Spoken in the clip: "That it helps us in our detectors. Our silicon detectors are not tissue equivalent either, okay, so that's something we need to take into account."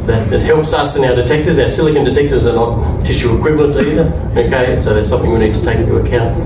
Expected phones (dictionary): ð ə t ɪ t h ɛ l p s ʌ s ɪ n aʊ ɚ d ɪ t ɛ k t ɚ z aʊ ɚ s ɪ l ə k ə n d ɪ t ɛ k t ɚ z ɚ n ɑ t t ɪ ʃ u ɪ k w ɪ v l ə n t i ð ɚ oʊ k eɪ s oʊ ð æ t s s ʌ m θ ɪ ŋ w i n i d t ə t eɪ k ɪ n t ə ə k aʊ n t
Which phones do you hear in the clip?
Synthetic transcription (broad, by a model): ð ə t ɪ t h ɛ l p s ʌ s ɪ n aʊ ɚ d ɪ t ɛ k t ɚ z aʊ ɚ s ɪ l ə k ə n d ɪ t ɛ k t ɚ z ɚ n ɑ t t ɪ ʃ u ɪ k w ɪ v l ə n t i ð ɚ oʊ k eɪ s oʊ ð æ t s s ʌ m θ ɪ ŋ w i n i d t ə t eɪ ɪ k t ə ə k aʊ n t